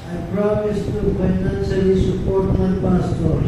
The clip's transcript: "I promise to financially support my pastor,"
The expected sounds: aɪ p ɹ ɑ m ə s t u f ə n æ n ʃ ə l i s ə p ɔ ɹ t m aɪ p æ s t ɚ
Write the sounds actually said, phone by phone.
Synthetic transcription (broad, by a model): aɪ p ɹ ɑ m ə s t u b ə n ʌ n s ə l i s ə p ɔ ɹ t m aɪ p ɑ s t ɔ